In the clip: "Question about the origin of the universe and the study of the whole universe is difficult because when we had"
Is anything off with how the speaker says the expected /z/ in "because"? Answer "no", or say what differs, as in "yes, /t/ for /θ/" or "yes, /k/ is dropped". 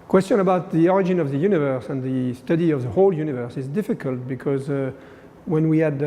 no